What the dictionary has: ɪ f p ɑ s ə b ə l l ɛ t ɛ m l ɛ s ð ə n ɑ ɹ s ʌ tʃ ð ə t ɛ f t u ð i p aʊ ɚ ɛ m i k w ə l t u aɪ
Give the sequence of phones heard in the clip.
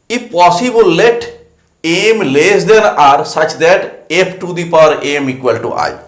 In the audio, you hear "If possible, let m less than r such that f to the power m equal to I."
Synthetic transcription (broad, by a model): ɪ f p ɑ s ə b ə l l ɛ t ɛ m l ɛ s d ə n ɑ ɹ s ʌ tʃ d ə t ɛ p t u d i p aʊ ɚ ɛ m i k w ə l t u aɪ